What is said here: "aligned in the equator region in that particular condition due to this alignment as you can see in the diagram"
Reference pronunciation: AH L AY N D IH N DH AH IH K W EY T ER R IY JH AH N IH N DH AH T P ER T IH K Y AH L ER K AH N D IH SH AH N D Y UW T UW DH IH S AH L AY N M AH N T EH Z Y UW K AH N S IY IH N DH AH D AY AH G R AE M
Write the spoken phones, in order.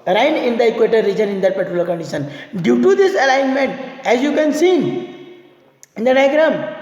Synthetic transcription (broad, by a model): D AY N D IH N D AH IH K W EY T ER R IY JH AH N IH N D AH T P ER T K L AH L K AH N D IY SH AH N D Y UW T UW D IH S AH L AY N M AH N T EH Z Y UW K AH N S IY IH N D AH D AY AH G R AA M